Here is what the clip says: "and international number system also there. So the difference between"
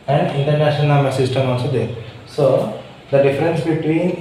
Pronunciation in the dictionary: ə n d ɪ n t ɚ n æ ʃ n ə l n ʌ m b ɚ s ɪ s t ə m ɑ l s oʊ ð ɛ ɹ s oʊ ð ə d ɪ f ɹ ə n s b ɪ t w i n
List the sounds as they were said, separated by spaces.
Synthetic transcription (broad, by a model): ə n d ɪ n t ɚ n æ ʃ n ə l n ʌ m ɚ s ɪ s t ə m ɑ l s oʊ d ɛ ɹ s oʊ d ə d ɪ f ɹ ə n s b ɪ t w i n